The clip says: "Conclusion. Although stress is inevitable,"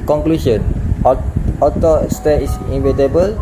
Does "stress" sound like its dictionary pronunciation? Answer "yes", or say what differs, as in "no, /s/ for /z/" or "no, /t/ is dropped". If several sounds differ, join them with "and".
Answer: no, /ɹ/ is dropped and /s/ is dropped